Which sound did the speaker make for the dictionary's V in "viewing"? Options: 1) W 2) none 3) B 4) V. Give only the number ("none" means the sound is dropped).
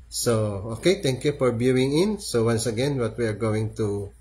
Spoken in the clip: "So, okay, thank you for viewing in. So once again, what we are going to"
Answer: 3